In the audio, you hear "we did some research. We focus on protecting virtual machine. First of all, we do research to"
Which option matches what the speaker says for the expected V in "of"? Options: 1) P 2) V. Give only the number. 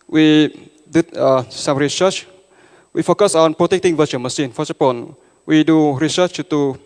1